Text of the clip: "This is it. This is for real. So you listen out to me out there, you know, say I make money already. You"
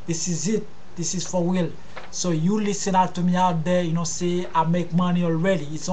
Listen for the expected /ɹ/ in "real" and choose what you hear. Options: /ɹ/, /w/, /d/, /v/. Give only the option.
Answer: /w/